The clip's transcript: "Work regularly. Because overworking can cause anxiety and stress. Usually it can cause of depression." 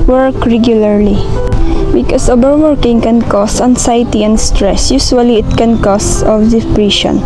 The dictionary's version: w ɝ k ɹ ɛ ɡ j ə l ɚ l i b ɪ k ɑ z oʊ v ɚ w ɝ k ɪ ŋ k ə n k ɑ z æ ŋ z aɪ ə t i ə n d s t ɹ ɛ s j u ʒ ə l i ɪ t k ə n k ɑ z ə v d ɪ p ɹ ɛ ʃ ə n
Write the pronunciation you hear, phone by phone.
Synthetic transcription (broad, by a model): w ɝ k ɹ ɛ ɡ j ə l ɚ l i b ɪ k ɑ s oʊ b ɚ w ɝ k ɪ ŋ k ə n k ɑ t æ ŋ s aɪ t i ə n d s t ɹ ɛ s j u s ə l i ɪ t k ə n k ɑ s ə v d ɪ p ɹ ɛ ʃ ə n